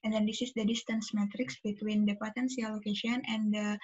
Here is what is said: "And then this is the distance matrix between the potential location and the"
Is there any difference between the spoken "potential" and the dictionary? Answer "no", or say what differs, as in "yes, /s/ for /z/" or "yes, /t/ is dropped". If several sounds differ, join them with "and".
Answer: yes, /s/ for /ʃ/